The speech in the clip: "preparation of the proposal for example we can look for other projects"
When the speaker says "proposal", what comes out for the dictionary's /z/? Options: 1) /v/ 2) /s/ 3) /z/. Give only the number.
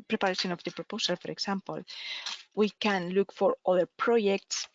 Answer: 2